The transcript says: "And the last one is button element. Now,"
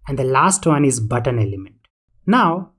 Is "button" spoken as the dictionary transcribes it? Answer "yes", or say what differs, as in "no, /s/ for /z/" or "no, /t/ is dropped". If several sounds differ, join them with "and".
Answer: yes